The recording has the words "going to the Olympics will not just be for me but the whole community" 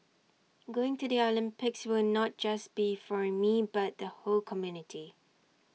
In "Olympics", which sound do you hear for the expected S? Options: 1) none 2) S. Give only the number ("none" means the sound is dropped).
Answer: 2